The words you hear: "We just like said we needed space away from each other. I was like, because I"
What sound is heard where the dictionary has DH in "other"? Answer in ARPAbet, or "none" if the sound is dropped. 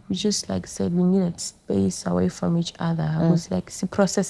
DH